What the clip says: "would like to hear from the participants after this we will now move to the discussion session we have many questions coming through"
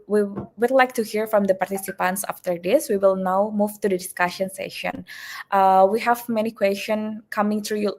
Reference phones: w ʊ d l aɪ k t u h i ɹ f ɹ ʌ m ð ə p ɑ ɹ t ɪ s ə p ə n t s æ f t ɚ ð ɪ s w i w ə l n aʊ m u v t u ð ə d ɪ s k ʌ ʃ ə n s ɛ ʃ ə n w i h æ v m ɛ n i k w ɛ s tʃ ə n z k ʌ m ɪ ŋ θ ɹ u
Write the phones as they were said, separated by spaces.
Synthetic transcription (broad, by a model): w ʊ d l aɪ k t u h i ɹ f ɹ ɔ m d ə p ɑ ɹ t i s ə p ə n t s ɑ f t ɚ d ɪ s w i w ə l n aʊ m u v t u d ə d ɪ s k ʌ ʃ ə n s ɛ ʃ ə n w i h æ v m ɛ n i k w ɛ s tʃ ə n k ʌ m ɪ ŋ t ɹ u